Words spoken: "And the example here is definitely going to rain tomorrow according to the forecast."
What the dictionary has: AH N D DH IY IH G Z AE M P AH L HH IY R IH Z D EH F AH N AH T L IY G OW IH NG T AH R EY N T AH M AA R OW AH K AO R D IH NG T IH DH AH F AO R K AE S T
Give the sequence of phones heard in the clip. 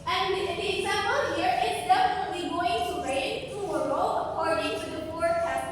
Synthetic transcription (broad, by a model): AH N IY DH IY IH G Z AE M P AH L HH IY R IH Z D EH F AH N AH T L IY G OW IH NG T AH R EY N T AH AH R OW AH K AO R D IH NG T IH DH AH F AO R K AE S